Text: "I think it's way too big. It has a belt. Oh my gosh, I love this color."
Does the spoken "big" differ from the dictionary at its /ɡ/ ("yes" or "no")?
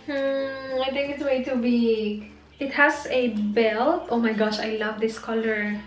yes